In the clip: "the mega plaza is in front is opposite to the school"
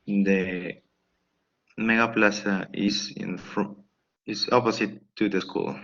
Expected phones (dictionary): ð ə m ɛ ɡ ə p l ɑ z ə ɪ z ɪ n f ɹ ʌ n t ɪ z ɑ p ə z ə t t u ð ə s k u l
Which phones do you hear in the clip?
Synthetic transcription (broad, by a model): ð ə m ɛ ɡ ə p l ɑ s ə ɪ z ɪ n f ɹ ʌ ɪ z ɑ p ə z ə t t u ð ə s k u l